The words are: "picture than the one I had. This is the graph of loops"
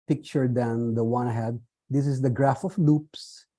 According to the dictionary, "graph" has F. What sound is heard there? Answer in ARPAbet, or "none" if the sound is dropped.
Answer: F